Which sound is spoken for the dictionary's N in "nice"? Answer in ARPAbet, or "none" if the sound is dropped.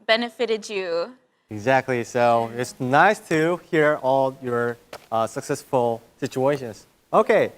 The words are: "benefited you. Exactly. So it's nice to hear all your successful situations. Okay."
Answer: N